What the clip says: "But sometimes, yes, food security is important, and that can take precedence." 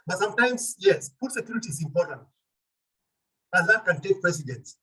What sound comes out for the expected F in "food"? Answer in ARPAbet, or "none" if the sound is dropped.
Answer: P